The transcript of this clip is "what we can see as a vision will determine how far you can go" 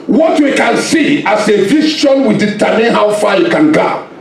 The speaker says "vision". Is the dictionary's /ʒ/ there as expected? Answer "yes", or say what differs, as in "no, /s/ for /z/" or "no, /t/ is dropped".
no, /ʃ/ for /ʒ/